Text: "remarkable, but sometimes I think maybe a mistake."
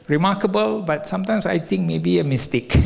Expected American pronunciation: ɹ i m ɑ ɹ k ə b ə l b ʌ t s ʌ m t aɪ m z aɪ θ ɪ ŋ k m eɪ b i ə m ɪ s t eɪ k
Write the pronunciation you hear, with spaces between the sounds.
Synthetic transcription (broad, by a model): ɹ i m ɑ k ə b ə l b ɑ t s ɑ m t aɪ m s aɪ t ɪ ŋ k m eɪ b i ə m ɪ s t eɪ k